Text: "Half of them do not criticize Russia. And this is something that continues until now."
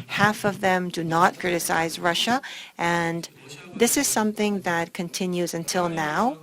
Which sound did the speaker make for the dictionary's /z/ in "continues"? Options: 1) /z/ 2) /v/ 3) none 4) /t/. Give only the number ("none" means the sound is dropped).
1